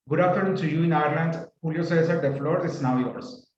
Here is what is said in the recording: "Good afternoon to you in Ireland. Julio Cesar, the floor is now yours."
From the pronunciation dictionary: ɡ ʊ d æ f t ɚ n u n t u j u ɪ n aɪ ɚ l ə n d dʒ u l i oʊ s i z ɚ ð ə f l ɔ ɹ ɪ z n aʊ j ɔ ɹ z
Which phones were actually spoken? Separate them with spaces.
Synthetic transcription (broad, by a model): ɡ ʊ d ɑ t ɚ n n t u j u ɪ n aɪ ɚ l ə n d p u l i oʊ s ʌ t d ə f l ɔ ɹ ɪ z n aʊ j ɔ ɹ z